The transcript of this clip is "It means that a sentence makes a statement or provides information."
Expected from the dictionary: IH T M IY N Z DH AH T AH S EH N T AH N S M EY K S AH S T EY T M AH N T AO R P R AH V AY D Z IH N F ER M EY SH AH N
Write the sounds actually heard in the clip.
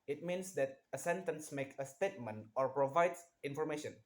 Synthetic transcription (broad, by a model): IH T M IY N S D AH T AH S EH N T AH N S M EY K AH S T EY T M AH N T AO R P R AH V AY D S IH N F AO M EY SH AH N